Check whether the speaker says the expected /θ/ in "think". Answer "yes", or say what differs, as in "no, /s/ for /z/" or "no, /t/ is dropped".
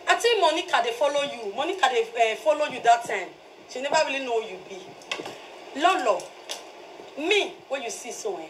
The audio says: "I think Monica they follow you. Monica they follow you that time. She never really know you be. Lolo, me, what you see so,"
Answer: no, /t/ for /θ/